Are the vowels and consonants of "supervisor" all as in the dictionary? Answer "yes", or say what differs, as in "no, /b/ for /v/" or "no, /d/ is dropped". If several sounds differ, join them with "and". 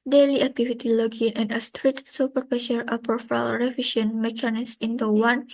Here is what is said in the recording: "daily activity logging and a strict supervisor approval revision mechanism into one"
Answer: no, /p/ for /v/